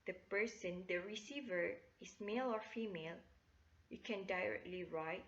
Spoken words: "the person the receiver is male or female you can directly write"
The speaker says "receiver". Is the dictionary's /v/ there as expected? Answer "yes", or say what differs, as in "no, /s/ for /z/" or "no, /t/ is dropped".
yes